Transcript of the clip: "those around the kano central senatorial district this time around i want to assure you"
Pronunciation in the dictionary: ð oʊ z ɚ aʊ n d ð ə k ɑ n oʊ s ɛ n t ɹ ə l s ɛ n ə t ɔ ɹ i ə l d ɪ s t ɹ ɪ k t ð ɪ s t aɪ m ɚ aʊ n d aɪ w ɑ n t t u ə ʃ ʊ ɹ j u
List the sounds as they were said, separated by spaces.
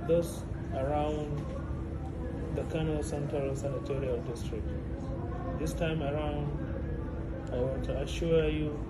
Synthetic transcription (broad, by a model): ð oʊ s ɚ aʊ n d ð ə k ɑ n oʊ s ɛ n t ɹ ə l s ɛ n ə t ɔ ɹ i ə l d ɪ s t ɹ ɪ k t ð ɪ s t aɪ m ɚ aʊ n d aɪ w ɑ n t t u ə ʃ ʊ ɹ j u